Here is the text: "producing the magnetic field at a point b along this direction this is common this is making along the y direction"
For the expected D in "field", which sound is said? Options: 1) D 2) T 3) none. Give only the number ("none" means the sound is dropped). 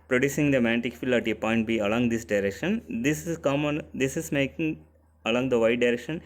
3